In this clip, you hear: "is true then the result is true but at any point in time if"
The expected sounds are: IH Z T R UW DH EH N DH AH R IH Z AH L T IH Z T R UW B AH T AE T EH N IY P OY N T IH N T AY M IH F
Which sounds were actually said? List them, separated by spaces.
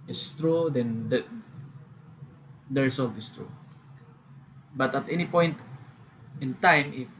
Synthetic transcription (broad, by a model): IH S T R UW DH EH N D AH R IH S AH L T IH S T R UW B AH T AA T EH N IY P OY N T IH N T AY M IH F